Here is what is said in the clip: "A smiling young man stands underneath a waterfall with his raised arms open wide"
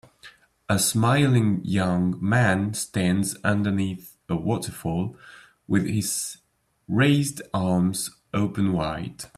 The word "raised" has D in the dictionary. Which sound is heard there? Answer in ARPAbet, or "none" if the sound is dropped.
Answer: D